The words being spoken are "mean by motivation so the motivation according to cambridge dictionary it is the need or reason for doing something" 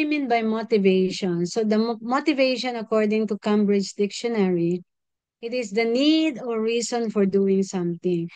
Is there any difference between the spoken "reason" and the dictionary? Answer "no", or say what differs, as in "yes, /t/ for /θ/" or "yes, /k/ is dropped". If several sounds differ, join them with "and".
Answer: yes, /s/ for /z/